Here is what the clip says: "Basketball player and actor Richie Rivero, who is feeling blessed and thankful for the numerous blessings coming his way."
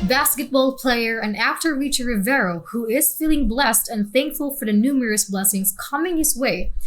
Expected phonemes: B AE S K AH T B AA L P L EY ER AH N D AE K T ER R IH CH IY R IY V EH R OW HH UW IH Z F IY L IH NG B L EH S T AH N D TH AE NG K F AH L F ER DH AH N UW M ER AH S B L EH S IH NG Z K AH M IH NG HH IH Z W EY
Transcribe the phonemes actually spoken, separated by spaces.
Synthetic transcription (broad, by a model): B AE S K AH T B AA L P L EY ER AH N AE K T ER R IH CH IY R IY V EH R OW HH UW IH Z F IY L IH NG B L EH S T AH N TH AE NG K F AH L F ER DH AH N UW M ER AH S B L EH S IH NG Z K AH M IH NG HH IH Z W EY